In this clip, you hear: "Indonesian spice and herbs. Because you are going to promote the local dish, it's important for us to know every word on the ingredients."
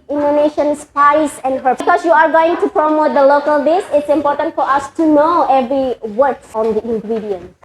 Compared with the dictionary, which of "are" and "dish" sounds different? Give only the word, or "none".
dish